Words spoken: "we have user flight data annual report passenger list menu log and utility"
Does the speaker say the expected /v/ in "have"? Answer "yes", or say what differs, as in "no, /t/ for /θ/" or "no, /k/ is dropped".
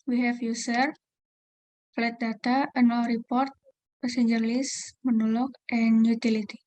no, /f/ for /v/